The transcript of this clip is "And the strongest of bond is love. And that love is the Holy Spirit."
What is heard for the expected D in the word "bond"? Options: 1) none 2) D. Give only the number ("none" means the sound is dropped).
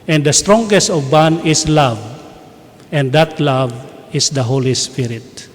1